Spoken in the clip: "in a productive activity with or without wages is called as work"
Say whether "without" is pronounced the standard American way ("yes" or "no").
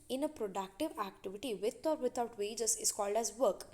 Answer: no